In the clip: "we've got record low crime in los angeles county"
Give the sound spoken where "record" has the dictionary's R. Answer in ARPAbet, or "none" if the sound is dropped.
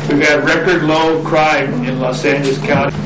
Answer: R